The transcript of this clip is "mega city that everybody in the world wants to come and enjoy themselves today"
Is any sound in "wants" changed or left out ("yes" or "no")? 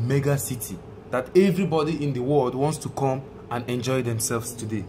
no